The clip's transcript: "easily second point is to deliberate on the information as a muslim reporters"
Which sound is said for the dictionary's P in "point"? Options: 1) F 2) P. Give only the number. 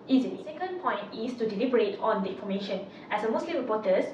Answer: 2